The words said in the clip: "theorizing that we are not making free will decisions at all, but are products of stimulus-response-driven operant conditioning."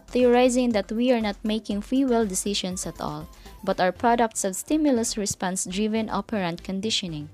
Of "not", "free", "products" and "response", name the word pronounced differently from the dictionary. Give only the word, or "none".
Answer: free